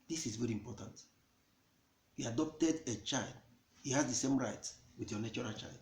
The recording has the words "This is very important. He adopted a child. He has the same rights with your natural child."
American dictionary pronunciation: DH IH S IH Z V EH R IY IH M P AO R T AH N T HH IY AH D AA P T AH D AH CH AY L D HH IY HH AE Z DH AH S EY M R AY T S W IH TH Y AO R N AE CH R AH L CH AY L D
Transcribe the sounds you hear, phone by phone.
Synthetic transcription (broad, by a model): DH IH S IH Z V EH R IY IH M P AO T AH N T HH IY AH D AA P T AH D AH CH AY L D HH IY HH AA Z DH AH S EY M R AY T W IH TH Y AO N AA CH R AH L CH AY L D